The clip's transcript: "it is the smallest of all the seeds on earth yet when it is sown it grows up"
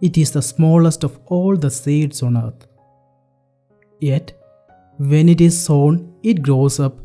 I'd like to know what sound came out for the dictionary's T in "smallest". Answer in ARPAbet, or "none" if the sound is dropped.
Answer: T